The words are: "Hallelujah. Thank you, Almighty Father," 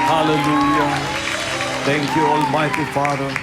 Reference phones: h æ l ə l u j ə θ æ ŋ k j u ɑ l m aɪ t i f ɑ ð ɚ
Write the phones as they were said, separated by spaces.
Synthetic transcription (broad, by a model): h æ l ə l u j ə t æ ŋ k j u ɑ l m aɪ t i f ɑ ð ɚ